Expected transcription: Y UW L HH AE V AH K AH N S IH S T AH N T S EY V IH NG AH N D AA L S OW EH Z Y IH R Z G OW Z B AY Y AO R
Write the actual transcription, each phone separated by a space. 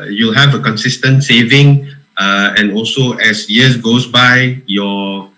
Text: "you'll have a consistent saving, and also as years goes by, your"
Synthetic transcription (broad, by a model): Y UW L HH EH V AH K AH N S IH S T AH N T S EY V IH NG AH N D AA L S OW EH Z Y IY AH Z G OW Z B AY Y AO